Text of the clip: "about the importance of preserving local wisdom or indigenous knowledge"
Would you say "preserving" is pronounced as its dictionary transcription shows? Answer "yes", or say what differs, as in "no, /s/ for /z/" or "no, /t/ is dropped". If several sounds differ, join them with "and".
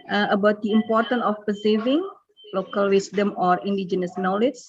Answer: no, /ɹ/ is dropped